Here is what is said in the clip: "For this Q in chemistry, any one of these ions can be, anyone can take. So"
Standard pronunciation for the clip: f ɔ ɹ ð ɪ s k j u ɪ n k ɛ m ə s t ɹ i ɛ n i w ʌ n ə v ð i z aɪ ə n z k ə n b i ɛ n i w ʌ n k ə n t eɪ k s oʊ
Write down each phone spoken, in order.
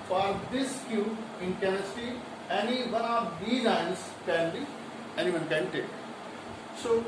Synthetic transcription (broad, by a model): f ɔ ɹ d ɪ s k j u ɪ n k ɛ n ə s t i ɛ n i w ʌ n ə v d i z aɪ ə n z k ə n b i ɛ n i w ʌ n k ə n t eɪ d s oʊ